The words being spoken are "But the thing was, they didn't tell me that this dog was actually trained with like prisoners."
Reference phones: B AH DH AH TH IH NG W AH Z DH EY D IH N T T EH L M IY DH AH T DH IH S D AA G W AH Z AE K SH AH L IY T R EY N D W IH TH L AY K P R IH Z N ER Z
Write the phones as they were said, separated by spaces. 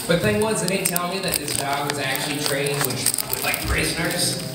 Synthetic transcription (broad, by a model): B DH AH TH IH NG W AH Z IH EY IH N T T EH L M IY DH AH T DH IH S D AA G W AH Z AE K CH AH L IY T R EY N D W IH L AY K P R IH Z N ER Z